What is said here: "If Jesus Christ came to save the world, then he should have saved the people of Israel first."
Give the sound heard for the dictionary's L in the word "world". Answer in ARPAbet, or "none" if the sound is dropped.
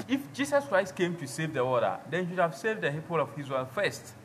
none